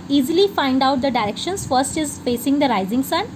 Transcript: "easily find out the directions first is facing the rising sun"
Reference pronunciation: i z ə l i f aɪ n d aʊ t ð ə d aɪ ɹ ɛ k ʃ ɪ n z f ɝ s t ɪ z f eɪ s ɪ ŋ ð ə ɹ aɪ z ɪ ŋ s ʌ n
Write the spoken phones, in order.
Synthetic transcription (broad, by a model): i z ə l i f aɪ n d aʊ t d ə d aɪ ɹ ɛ k ʃ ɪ n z f ɝ s t ɪ z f eɪ s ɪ ŋ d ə ɹ aɪ z ɪ ŋ s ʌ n